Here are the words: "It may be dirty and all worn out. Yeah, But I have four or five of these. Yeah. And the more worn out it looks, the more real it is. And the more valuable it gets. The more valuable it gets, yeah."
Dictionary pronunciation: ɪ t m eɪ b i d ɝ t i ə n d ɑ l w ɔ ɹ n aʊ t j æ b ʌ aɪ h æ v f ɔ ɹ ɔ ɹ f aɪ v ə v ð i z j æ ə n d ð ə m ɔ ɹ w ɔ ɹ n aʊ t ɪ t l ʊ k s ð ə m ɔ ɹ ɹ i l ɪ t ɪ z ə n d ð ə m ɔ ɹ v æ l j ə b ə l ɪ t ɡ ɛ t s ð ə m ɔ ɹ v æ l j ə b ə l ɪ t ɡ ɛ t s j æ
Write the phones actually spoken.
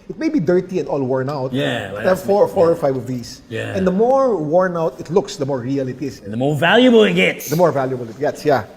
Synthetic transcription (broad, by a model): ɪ t m eɪ b i d ɝ t i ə n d ɑ l w ɔ ɹ n aʊ t j æ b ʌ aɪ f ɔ f ɔ ɹ ɔ ɹ f aɪ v ə v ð i s j æ ə n d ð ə m ɔ ɹ w ɔ ɹ n aʊ t ɪ t l ʊ k s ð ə m ɔ ɹ ɹ i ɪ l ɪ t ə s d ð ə m ɔ ɹ v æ l j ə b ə l ɪ t ɡ ɛ t s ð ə m ɔ ɹ v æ l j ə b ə l ɪ t ɡ ɛ t s j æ